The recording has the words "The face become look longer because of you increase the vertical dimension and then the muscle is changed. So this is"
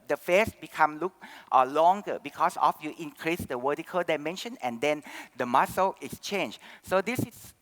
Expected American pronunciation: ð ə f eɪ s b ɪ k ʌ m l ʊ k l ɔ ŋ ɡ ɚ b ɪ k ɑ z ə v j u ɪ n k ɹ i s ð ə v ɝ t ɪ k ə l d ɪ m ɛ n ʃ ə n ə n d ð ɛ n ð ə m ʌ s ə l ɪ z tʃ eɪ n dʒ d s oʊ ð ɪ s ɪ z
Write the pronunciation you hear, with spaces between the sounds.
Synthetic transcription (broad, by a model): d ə f eɪ s b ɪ k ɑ m l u k l ɔ ŋ ɡ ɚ b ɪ k ɑ s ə f j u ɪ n k ɹ i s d ə w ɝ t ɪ k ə l d ɪ m ɛ n ʃ ə n ə n d ɛ n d ə m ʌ s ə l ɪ s tʃ eɪ n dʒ s oʊ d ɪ s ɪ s